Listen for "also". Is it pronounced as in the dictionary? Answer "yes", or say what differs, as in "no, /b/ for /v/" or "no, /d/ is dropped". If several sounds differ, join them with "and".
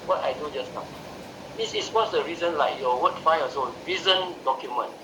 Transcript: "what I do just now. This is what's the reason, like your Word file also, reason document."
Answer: no, /l/ is dropped